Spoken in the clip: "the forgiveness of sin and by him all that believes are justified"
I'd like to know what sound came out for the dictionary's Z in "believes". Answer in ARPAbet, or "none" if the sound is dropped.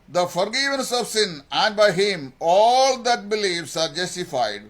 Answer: S